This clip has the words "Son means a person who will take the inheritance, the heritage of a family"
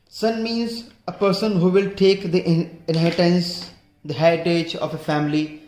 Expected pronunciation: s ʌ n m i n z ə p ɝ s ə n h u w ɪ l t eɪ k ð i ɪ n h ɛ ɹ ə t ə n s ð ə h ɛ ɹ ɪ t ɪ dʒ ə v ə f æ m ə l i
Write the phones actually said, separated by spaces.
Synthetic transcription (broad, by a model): s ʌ n m i n z ə p ɝ s ə n h u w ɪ l t eɪ k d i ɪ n h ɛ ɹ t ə n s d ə h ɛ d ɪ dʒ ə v ə f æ m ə l i